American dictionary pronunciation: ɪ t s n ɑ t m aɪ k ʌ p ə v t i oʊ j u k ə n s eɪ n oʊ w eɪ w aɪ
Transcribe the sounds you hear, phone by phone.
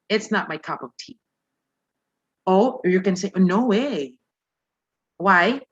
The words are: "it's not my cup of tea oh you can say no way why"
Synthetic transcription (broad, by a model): ɪ t s n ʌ t m aɪ k ʌ p ə v t i oʊ j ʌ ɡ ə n s eɪ n oʊ w eɪ w aɪ